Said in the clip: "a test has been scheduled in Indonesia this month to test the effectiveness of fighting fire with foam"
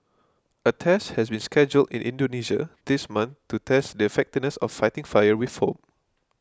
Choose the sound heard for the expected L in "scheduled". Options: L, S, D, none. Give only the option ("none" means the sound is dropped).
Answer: L